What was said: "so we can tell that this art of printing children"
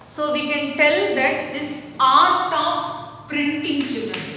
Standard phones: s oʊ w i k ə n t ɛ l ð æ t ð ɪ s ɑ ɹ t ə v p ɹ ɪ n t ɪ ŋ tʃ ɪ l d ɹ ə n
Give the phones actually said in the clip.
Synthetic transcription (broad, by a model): s oʊ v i k ə n t ɛ l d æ t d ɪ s ɑ ɹ t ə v p ɹ ɪ n t ɪ ŋ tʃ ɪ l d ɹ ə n